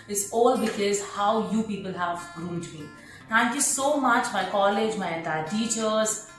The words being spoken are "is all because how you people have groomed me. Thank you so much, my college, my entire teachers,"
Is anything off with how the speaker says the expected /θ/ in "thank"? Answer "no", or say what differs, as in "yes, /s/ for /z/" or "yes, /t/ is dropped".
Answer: yes, /t/ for /θ/